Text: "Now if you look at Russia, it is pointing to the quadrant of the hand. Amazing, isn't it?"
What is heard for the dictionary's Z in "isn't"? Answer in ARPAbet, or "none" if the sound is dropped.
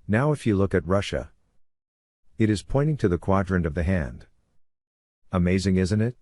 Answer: Z